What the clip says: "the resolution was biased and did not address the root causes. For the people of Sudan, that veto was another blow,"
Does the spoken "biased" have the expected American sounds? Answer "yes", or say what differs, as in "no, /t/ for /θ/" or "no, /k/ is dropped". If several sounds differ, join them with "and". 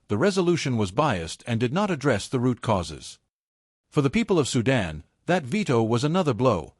yes